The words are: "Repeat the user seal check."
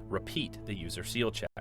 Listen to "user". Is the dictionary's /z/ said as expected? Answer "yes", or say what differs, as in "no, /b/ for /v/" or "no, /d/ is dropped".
yes